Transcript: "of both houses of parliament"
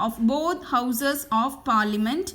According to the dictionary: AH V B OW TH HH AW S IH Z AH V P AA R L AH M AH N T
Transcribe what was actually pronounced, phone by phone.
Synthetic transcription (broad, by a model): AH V B OW T HH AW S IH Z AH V P AA R L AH M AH N T